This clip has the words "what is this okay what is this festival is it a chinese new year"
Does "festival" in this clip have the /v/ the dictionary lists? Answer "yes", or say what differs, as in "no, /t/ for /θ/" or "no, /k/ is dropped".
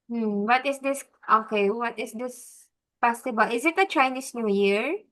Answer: no, /b/ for /v/